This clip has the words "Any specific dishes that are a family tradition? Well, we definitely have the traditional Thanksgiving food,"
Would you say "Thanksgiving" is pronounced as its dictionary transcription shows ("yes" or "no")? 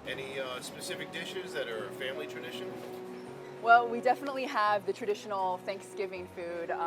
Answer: yes